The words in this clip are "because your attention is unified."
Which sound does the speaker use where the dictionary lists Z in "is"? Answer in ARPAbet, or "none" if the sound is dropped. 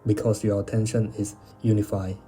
S